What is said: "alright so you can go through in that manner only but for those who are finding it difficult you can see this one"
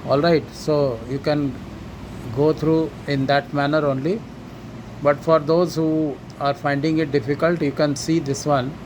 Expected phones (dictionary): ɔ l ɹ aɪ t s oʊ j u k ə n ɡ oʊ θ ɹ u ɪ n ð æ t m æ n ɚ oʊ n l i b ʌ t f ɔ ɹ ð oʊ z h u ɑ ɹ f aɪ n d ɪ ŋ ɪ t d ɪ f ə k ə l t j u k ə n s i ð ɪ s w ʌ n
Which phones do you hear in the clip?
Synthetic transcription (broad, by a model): ɔ l ɹ aɪ t s oʊ j u k ə n ɡ oʊ t ɹ u ɪ n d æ t m æ n ɚ oʊ n l i b ʌ t f ɔ ɹ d oʊ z h u ɑ ɹ f aɪ n d ɪ ŋ ɪ t d ɪ f ə k ə l t j u k ə n s i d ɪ s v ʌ n